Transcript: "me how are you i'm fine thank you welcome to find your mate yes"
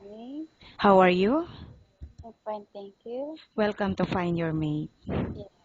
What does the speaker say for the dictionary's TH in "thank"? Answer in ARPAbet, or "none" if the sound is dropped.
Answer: T